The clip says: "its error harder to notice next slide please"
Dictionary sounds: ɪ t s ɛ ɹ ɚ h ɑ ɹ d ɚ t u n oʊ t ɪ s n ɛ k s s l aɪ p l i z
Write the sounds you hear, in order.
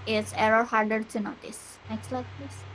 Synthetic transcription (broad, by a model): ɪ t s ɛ ɹ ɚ h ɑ ɹ d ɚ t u n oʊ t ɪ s n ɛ k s s l aɪ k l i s